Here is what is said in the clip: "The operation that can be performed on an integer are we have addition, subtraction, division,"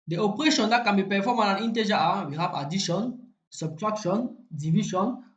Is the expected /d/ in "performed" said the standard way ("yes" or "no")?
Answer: no